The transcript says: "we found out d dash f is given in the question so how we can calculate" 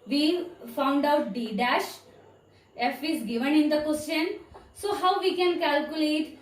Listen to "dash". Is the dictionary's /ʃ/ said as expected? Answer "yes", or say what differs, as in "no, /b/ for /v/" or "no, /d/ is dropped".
yes